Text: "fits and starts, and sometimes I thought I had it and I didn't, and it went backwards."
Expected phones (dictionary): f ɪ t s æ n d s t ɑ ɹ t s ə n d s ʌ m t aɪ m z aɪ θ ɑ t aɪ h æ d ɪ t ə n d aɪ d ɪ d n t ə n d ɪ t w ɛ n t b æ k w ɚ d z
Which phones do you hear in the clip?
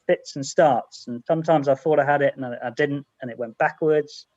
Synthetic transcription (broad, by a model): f ɪ t s n s t ɑ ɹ t s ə n s ʌ m t aɪ m z aɪ θ ɑ t aɪ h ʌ d ɪ t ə n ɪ aɪ d ɪ d n t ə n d ɪ t w ɛ n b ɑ k w ɚ d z